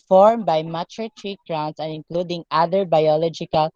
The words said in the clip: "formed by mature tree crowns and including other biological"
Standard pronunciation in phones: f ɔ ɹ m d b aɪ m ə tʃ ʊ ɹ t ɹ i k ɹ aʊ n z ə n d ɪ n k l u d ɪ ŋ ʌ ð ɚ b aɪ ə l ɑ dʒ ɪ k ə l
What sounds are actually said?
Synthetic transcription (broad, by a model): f ɔ ɹ m b aɪ m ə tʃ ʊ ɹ t ɹ i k ɹ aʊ n s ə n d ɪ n k l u d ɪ ŋ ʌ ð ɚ b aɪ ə l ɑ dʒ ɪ k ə l